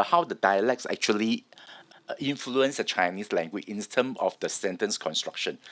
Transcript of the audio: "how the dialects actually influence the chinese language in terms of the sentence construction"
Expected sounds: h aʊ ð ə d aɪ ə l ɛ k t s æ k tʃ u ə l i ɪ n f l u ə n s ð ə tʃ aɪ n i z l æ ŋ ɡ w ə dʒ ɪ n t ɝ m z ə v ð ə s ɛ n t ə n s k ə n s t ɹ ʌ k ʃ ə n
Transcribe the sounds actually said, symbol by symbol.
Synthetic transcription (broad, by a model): h aʊ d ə d aɪ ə l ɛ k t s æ k tʃ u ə l i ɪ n f l u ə n s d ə tʃ aɪ n i s l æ ŋ ɡ w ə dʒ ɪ n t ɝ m ə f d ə s ɛ n t ə n s k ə n s t ɹ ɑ k ʃ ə n